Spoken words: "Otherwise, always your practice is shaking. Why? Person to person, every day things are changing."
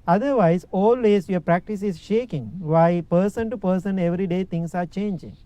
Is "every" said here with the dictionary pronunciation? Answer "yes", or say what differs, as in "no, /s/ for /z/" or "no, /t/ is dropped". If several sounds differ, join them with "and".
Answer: yes